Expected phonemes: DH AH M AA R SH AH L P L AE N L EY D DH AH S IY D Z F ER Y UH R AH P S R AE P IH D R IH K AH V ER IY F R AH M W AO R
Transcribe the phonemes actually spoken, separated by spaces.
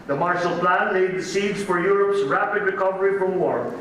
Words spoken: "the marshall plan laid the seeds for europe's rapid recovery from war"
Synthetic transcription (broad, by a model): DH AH M AA R SH AH L P L AE N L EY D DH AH S IY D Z F ER Y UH R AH P S R AE P IH D R IH K AH V ER IY F R AH M W AO R